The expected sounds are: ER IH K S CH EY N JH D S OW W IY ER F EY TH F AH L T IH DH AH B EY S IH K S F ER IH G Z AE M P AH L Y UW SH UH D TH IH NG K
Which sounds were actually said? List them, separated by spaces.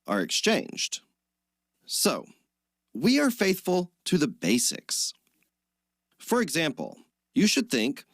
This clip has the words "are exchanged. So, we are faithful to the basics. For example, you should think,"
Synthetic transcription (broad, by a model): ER IH K S CH EY N JH D S OW W IY ER F EY TH F AH L T IH DH AH B EY S IH K S F ER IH G Z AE M P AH L Y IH SH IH D TH IH NG K